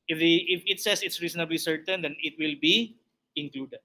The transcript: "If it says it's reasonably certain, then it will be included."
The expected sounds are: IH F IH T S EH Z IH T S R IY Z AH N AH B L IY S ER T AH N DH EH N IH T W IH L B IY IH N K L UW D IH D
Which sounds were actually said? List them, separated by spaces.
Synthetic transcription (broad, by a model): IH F IH T S EH S IH T S R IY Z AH N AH B L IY S ER T AH N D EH N IH T W IH L B IY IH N K L UW D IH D